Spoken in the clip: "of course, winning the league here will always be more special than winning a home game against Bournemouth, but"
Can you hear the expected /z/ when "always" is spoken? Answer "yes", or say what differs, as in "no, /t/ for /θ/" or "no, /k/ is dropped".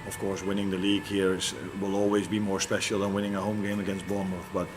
yes